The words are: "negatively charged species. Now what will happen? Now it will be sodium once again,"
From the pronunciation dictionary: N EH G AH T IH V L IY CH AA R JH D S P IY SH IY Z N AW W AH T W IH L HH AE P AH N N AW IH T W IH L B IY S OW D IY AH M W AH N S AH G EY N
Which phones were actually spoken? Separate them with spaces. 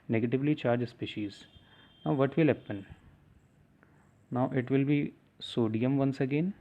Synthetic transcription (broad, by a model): N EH G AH T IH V L IY CH AA R JH S P IY SH IY Z N AW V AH T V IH L HH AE P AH N N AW IH T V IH L B IY S OW D IY AH M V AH N S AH G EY N